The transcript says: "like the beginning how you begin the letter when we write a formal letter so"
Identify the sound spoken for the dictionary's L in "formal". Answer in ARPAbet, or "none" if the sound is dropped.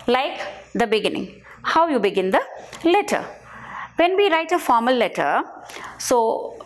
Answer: L